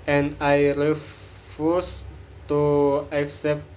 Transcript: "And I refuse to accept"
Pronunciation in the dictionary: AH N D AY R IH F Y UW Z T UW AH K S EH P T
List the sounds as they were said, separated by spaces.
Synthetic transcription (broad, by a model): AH N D AY R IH F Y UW S T UW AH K S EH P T